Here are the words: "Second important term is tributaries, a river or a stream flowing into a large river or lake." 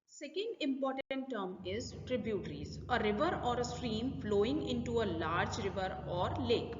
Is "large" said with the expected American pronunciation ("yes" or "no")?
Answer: yes